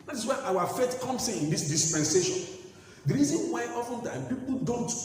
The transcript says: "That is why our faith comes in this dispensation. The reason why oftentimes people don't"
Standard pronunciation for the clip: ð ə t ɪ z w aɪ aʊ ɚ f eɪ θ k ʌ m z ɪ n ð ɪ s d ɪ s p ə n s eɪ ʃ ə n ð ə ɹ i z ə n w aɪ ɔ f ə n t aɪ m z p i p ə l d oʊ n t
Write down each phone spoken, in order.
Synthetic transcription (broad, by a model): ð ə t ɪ s w aɪ aʊ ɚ f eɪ t k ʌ m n ɪ n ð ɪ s d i s p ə n s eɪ ʃ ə n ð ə ɹ i z ə n w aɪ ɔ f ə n t aɪ m p i p l d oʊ n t